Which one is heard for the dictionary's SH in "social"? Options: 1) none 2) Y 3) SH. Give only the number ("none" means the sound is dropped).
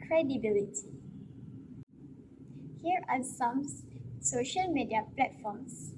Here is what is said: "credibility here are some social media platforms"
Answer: 3